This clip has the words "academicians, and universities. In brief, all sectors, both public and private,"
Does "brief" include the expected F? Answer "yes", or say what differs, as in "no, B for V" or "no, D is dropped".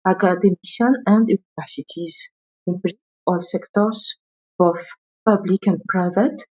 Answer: no, F is dropped